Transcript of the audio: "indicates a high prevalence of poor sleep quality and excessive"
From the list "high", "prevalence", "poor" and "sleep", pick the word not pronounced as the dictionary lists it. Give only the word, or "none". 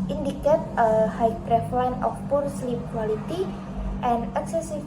prevalence